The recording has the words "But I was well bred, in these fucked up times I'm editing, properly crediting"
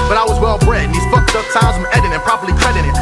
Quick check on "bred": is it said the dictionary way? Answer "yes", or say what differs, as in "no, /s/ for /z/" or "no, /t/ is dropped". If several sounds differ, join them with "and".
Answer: no, /d/ is dropped